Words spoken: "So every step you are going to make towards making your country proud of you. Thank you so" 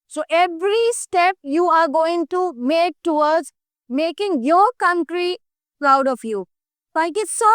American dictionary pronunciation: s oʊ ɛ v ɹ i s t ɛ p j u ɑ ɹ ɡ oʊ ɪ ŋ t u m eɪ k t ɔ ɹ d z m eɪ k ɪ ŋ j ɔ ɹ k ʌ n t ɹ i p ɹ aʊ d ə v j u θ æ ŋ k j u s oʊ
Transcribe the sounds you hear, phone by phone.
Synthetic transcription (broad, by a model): s oʊ ɛ v ɹ i s t ɛ p j u ɑ ɹ ɡ oʊ ɪ ŋ t u m eɪ k t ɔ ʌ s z m eɪ k ɪ ŋ j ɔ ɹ k ʌ n t ɹ i p ɹ aʊ d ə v j u f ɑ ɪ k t s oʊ